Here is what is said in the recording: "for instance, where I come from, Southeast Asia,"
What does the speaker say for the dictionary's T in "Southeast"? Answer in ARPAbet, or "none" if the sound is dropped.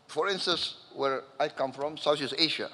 none